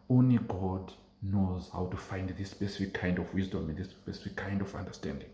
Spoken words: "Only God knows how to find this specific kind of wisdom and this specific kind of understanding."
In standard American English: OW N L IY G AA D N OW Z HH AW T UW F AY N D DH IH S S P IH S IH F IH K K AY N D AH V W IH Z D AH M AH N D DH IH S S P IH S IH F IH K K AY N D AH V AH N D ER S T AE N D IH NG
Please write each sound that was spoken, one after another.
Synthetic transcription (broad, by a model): OW N L IY G AA D N OW Z HH AW T UW F AY N D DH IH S S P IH S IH F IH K K AY N D AH V W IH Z D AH M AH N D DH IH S S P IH S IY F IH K K AY N D AH V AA N D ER S T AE N D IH NG